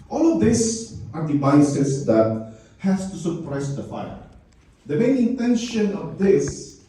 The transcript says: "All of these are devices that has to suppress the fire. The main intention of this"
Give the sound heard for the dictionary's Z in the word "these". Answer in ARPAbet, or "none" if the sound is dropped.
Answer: S